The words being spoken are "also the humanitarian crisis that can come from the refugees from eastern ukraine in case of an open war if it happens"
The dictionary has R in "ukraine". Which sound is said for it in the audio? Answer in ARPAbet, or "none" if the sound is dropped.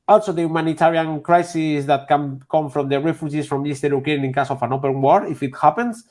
none